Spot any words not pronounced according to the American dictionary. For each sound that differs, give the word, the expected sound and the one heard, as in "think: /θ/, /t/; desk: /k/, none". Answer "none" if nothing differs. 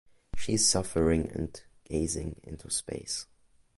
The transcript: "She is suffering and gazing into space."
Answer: none